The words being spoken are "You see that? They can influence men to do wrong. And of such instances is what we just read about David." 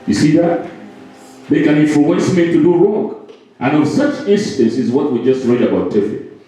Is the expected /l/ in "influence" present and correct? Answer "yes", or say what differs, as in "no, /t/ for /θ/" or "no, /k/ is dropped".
no, /l/ is dropped